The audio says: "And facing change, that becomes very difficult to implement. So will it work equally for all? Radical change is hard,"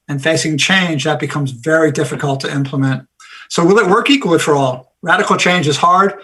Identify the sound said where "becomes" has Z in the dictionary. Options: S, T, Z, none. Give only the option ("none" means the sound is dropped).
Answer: Z